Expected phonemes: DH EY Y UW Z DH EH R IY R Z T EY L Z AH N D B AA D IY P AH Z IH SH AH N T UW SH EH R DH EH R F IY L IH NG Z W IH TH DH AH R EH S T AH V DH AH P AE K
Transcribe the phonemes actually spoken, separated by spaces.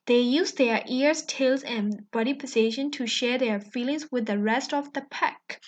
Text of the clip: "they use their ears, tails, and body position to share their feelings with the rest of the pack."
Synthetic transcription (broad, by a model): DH EY Y UW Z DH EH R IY R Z T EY L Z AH N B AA D IY P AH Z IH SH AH N T UW SH EH R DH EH R F IY L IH NG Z W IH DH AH R EH S T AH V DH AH P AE K